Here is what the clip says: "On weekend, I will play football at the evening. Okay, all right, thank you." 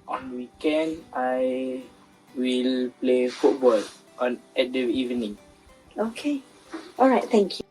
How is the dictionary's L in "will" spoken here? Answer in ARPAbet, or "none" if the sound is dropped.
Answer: L